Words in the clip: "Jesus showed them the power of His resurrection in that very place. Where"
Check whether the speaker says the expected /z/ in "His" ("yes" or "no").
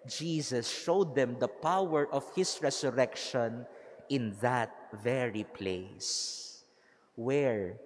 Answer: no